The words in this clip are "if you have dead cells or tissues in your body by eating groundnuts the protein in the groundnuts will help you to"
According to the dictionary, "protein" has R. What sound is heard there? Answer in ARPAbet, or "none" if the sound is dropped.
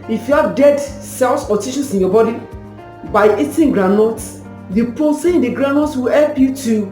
none